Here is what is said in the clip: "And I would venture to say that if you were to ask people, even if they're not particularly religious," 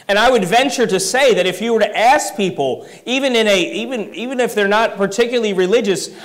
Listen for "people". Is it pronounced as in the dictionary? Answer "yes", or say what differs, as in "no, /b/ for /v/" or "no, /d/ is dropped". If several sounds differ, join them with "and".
no, /n/ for /l/